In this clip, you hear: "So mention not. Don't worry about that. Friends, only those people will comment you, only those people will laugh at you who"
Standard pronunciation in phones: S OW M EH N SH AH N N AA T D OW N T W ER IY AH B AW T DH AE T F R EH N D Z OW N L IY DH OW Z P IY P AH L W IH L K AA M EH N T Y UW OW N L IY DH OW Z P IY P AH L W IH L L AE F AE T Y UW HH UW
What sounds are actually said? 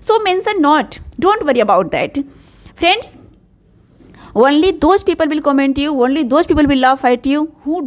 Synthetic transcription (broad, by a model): S OW M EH N S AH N N AA T D OW N T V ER IY AH B AW T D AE T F R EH N D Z OW N L IY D OW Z P IY P AH L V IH L K AA M EH N T Y UW OW N L IY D OW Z P IY P AH L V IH L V F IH T Y UW HH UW